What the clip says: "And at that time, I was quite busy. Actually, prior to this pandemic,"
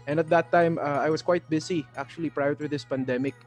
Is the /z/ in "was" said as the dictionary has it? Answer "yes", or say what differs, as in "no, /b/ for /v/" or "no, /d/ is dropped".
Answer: no, /s/ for /z/